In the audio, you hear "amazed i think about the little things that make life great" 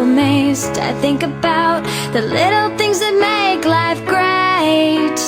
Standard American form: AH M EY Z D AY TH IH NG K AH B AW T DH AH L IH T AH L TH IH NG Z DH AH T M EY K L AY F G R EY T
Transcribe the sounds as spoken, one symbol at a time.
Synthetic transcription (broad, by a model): M EY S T AY TH IH NG K AH B AW T DH AH L IH T L TH IH NG Z DH AH T M EY K L AY F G R EY T